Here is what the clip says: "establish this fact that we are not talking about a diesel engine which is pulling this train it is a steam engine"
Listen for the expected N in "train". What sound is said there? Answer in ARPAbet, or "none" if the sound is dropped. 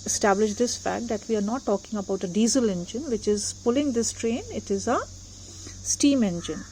N